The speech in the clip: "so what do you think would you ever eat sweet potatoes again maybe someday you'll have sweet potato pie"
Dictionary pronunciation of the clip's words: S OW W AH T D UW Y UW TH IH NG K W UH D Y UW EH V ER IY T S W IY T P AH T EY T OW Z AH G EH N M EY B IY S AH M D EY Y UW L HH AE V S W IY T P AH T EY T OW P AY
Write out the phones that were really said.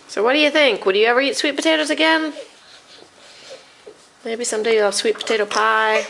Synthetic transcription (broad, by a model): S OW W AH T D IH Y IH TH IH NG K W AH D Y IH EH V ER IY T S W IY T P AH T EY T OW Z AH G EH N M EY B IY S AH M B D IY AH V S W IY T P AH T EY T OW P AY